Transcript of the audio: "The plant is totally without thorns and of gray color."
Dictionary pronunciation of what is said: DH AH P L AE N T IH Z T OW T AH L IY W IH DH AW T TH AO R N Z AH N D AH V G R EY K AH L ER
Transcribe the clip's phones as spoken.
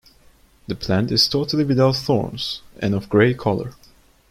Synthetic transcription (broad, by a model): DH AH P L AE N T IH Z T OW T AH L IY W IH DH AW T TH AO R N Z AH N AH V G R EY K AH L ER